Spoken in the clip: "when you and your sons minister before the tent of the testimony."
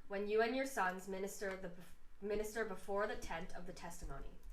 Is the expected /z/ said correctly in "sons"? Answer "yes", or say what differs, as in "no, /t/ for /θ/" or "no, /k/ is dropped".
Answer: yes